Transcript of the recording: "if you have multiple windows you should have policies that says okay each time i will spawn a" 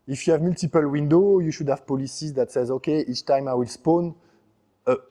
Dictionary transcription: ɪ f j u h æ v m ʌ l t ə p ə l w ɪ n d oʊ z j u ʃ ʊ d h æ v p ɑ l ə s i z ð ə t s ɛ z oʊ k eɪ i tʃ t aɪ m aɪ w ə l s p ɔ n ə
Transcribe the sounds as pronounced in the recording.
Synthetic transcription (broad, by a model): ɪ f j u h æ v m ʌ l t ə p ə l w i n d oʊ j u ʃ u d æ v p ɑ l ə s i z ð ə t s ɛ z oʊ k eɪ i tʃ t aɪ m aɪ w ə l s p ɔ n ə